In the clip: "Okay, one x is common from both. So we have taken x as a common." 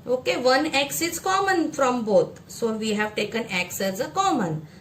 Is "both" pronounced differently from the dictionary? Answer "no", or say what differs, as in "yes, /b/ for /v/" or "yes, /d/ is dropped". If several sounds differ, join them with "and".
yes, /t/ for /θ/